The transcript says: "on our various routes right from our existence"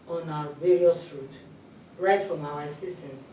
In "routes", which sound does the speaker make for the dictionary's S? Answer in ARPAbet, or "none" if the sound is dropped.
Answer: none